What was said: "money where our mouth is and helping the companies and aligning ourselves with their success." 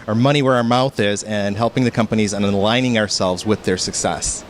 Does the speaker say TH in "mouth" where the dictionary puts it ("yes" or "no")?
yes